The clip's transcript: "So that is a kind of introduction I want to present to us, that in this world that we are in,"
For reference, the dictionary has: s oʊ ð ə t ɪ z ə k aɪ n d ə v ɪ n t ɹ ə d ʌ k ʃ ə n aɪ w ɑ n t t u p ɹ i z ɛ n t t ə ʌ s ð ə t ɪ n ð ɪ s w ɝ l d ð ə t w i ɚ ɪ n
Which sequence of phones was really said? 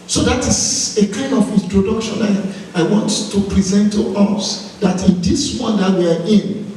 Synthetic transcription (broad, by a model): s oʊ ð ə t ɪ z ə k aɪ n d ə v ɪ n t ɹ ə d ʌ k ʃ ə n aɪ w ɑ n t t u p ɹ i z ɛ n t t ə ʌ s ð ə t ɪ n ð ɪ s w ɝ n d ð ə t w i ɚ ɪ n